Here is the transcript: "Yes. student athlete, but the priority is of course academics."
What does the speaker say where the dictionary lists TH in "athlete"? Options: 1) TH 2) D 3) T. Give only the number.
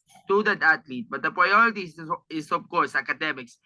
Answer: 3